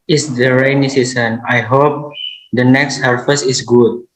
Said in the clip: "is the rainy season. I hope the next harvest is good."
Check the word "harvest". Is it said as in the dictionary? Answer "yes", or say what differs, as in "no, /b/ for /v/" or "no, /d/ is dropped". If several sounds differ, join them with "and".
no, /f/ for /v/ and /t/ is dropped